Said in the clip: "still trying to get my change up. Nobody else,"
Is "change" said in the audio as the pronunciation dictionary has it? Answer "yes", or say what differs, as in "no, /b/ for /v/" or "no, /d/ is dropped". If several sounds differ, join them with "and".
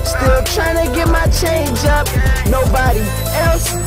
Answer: yes